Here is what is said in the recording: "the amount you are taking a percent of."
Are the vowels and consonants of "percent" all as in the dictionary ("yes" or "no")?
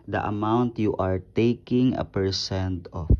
yes